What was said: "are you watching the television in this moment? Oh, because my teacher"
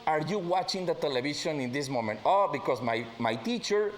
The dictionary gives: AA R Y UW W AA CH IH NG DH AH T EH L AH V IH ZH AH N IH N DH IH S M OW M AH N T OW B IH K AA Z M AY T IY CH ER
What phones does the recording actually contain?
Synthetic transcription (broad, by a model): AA R Y UW W AA CH IH NG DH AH T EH L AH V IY SH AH N IH N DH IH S M OW M AH N T OW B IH K AA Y M AY T IY CH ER